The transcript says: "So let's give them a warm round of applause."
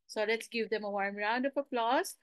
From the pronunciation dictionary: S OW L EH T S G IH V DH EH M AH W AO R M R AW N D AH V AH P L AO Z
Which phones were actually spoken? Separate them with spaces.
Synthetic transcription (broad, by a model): S OW L EH T S G IH V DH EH M AH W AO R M R AW N D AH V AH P L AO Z